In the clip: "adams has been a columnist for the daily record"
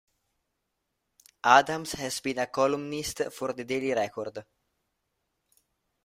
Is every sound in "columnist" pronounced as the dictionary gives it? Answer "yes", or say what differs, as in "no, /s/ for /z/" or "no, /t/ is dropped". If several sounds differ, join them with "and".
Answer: yes